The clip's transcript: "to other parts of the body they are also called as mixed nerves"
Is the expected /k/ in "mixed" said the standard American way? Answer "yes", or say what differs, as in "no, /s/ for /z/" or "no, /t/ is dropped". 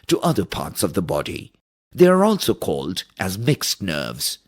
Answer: yes